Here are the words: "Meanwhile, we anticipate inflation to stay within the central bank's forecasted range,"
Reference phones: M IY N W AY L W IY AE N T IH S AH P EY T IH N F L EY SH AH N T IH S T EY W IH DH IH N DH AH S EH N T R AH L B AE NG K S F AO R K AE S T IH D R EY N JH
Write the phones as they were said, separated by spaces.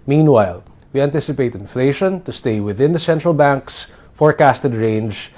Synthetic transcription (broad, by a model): M IY N W AY L W IY AE N T IH S AH P EY T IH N F L EY SH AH N T IH S T EY W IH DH IH N DH AH S EH N T R AH L B AE NG K S F AO R K AE S T IH D R EY N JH